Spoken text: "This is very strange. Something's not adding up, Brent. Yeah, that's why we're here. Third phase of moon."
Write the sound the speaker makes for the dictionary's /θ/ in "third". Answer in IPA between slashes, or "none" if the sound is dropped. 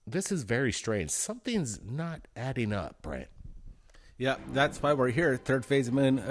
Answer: /θ/